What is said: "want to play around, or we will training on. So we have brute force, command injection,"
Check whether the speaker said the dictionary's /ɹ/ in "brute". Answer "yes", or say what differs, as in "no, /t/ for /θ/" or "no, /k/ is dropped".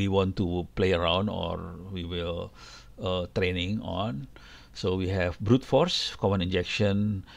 yes